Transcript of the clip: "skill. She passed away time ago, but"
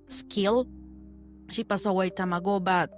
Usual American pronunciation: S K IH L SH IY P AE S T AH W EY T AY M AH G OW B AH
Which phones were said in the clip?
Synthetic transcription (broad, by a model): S K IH L SH IY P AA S AH W EY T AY M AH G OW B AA